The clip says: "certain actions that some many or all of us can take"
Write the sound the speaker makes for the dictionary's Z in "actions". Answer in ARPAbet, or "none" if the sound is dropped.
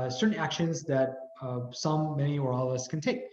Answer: Z